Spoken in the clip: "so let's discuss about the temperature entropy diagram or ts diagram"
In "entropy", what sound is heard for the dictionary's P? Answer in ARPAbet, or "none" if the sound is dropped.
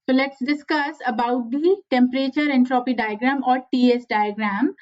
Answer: P